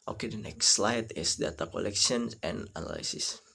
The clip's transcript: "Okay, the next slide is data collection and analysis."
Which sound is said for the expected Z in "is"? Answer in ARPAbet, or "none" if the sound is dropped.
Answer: S